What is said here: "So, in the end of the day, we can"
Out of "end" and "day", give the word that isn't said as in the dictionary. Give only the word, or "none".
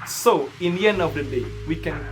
none